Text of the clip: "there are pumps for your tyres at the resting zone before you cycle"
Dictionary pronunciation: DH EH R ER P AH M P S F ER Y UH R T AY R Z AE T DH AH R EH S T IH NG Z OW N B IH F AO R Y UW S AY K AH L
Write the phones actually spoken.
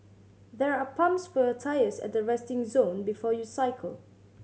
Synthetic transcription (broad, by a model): DH EH R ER P AH M P S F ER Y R T AY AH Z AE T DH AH R EH S T IH NG Z OW N B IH F AO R Y UW S AY K AH L